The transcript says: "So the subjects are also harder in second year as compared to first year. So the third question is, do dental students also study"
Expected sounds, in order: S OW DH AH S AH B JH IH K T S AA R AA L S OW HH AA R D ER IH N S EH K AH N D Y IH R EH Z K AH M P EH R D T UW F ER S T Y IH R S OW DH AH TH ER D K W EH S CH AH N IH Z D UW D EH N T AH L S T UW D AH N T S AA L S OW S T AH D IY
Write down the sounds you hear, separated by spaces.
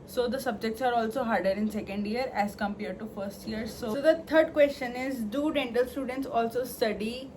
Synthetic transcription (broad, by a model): S OW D AH S AH B JH IH K T S AA R AA L S OW HH AA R D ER IH N S EH K AH N D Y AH R EH Z K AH M P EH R D T UW F ER S T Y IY R S OW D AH T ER D K W EH S CH AH N IH Z D UW D EH N T AH L S T UW D AH N T S AA L S OW S T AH D IY